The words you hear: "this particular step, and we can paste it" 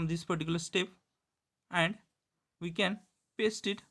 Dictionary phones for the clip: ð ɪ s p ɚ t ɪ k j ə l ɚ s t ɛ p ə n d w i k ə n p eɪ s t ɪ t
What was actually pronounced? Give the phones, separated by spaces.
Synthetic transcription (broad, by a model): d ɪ s p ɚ t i k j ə l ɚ s t ɛ p ə n d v i k ə n p eɪ s t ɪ t